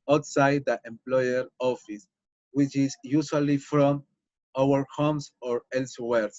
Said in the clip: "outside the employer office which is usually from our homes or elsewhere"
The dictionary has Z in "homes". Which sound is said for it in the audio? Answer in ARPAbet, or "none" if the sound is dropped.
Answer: S